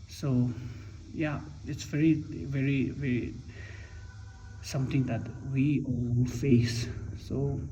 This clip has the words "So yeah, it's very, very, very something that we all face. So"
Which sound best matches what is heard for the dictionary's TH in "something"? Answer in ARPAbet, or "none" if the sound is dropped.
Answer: T